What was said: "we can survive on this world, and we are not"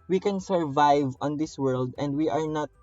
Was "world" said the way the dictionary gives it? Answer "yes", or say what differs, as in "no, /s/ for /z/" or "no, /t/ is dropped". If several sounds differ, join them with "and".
yes